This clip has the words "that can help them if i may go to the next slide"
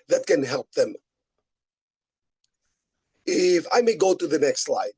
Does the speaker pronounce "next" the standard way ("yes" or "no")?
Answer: yes